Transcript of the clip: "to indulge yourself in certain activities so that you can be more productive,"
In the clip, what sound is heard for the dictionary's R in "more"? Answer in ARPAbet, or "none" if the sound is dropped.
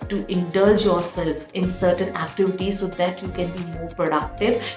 R